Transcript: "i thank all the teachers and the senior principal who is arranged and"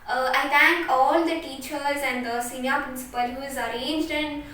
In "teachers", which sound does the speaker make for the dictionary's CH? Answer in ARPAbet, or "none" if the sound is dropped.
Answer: CH